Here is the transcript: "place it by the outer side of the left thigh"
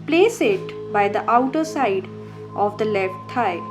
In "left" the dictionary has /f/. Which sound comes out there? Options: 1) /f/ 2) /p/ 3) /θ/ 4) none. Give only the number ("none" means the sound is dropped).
1